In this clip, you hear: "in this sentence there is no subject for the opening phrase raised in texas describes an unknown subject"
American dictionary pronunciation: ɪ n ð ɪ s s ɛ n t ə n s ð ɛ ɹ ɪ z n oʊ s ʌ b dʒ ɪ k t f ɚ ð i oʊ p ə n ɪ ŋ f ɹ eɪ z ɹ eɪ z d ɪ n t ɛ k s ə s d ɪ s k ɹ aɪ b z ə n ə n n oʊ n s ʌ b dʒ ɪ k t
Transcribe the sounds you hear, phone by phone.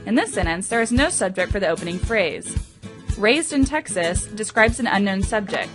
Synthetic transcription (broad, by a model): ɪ n ð ɪ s s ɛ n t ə n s ð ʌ ɹ ɪ z n oʊ s ʌ b dʒ ɪ k t f ɚ ð i oʊ p ə n ɪ ŋ f ɹ eɪ z ɹ eɪ z d ɪ n t ɛ k s ə s d ɪ s k ɹ aɪ b z ə n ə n n oʊ n s ʌ b dʒ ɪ k t